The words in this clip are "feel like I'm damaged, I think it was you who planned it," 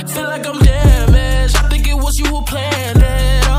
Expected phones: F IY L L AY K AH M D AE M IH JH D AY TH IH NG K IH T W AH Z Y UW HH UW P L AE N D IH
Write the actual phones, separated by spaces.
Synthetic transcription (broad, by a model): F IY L L AY K AH M D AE M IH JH AY TH IH NG K IH T W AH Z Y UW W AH P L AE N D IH